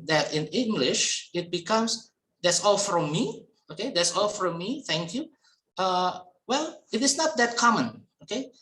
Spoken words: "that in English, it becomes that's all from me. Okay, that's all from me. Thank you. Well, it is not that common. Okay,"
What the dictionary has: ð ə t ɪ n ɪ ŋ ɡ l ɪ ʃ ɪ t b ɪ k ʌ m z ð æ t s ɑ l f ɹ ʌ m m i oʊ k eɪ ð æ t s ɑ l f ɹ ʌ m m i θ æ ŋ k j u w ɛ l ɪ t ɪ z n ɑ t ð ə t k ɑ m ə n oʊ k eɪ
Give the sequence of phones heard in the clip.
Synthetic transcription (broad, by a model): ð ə t ɪ n ɪ ŋ ɡ l ɪ ʃ ɪ t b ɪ k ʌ m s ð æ t s ɑ l f ɹ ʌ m m i oʊ k eɪ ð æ t s ɑ l f ɹ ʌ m m i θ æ ŋ k j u w ɛ l ɪ t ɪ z n ɑ t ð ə t k ɑ m ə n oʊ k eɪ